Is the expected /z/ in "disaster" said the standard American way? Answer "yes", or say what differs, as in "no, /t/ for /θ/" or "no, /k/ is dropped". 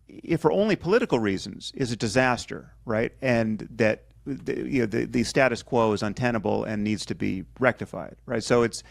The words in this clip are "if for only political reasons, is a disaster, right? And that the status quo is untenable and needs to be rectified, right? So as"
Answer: yes